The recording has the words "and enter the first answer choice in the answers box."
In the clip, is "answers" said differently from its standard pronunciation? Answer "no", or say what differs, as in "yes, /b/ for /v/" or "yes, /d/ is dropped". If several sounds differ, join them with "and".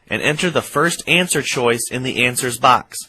no